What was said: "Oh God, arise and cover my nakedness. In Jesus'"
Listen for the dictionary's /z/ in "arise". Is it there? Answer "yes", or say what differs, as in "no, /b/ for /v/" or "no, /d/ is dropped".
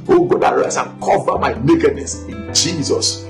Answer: no, /s/ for /z/